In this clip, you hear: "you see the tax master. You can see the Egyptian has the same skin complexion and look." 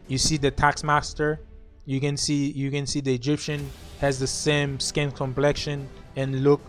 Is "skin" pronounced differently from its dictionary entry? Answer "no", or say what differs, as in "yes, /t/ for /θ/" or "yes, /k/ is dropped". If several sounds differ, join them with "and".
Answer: no